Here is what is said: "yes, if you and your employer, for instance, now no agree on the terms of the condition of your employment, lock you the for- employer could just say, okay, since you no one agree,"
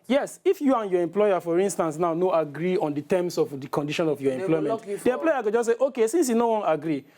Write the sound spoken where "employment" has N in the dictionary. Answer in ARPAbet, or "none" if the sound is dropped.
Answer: none